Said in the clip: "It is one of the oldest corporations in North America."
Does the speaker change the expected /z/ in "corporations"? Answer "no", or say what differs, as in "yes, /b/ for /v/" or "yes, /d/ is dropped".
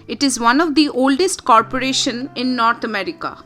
yes, /z/ is dropped